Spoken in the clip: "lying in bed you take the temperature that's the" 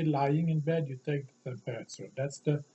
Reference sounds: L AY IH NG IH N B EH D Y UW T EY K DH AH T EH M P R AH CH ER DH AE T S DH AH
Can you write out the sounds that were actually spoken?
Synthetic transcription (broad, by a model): L AY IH NG IH N B EH D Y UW T EY K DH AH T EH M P AH S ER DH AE T S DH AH